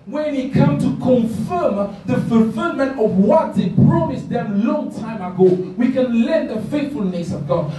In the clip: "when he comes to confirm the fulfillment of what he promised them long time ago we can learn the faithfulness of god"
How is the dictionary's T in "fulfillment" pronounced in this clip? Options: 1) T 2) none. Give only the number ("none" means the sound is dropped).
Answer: 1